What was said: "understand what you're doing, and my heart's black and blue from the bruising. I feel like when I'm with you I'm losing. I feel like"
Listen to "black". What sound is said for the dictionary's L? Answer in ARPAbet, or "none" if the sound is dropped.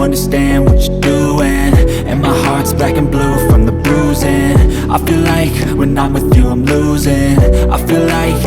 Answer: none